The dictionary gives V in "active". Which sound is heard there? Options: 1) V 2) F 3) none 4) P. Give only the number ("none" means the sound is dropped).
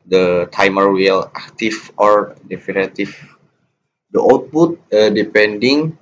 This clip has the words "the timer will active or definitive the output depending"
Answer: 2